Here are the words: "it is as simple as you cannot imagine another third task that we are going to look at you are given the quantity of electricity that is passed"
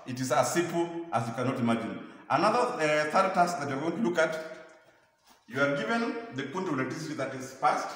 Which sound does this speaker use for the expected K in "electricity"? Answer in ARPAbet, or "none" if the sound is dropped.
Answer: none